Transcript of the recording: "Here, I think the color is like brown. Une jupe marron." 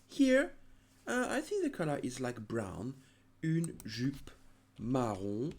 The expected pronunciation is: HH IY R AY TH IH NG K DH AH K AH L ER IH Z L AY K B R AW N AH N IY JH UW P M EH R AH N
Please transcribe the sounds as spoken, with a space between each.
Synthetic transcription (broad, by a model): HH IY R AY TH IH NG K DH AH K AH L ER IH Z L AY K B R AW N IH N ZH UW P M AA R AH